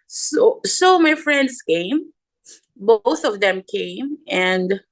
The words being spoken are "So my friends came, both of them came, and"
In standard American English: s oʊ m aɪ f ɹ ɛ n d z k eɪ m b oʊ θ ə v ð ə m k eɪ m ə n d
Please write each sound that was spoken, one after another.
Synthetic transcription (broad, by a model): s oʊ m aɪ f ɹ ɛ n d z k eɪ m b oʊ θ ə v ð ə m k eɪ m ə n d